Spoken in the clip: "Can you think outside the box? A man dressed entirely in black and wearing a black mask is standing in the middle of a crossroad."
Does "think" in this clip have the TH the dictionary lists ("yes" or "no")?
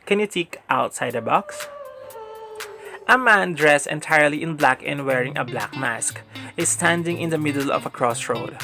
no